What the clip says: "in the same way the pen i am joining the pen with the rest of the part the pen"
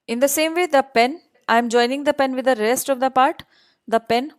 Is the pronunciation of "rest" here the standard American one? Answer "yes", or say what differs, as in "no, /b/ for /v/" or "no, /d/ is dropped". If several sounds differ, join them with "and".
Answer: yes